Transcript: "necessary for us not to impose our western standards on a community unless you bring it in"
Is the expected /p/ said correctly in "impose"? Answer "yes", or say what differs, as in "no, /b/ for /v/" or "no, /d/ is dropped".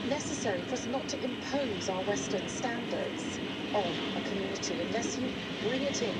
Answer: yes